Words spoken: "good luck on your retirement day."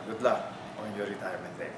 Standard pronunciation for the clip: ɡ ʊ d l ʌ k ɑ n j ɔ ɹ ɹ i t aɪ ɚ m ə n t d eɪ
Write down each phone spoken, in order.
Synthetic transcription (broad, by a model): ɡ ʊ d l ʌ ɑ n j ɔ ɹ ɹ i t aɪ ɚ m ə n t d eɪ